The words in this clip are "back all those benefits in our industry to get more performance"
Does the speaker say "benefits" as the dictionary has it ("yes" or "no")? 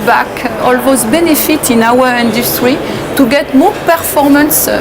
no